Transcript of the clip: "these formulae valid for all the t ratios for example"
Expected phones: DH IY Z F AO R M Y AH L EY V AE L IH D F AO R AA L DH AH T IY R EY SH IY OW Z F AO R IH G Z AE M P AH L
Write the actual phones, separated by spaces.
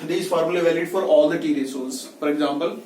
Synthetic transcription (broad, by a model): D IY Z F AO R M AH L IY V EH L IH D F AO R AA L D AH T IY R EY S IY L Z F AO R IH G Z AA M P AH L